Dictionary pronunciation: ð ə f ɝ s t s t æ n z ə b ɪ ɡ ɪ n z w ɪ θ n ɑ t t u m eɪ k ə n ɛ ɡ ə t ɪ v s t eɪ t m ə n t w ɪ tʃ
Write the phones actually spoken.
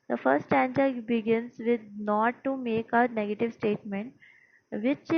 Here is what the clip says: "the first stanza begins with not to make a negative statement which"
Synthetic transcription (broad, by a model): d ə f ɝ t s t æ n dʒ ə b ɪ ɡ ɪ n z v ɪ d n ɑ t t u m eɪ k ə n ɛ ɡ ə t ɪ v s t eɪ t m ə n t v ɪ tʃ